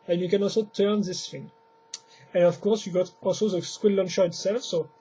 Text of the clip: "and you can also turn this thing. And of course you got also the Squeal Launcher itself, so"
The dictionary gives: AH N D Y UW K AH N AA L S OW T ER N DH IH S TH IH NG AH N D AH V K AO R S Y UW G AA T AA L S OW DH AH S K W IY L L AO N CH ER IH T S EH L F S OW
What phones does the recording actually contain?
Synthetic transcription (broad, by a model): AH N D Y UW K AH N AA L S OW T ER N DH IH S F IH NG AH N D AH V K AO R S Y UW G AA T AA L S OW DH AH S K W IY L L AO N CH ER IH T S EH L F S OW